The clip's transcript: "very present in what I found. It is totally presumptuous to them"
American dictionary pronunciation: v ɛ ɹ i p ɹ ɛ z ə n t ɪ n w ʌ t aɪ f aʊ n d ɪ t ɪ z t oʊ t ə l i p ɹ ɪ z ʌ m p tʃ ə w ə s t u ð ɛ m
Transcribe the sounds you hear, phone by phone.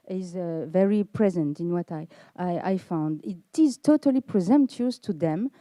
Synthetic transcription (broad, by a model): v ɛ ɹ i p ɹ ɛ z ə n t ɪ n w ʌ t aɪ f aʊ n d ɪ t ɪ z t oʊ t ə l i p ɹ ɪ z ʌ m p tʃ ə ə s t u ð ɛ m